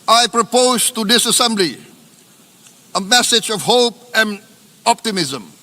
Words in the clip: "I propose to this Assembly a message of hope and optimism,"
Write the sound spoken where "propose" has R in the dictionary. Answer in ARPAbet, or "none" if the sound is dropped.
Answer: R